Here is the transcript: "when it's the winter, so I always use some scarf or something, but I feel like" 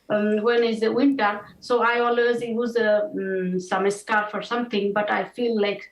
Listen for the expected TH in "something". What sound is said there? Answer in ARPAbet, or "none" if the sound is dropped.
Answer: T